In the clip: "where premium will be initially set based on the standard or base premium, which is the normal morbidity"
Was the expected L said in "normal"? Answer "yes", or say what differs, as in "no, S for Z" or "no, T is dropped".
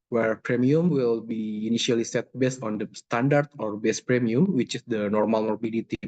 yes